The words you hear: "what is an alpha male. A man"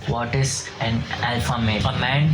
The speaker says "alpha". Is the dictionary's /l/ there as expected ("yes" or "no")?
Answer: yes